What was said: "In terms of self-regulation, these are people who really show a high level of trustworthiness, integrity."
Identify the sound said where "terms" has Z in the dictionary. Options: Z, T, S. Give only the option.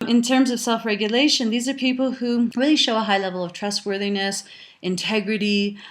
Z